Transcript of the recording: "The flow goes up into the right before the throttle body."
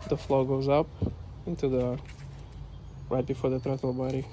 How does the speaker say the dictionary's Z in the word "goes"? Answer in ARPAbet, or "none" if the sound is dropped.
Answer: Z